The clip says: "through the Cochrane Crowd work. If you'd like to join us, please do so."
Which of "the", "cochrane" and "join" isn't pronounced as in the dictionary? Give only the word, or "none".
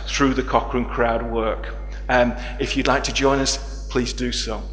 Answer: none